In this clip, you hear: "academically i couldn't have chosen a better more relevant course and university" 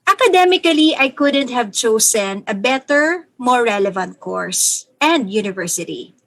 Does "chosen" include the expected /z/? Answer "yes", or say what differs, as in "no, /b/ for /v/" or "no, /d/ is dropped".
no, /s/ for /z/